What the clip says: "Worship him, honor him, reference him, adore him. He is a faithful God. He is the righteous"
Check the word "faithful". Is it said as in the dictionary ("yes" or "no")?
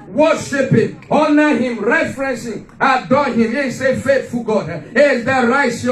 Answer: no